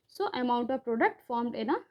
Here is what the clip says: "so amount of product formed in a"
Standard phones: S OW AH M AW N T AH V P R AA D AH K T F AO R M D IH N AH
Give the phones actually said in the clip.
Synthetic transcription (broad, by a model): S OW AH M AW N T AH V P R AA D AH K T F AO R M D IH N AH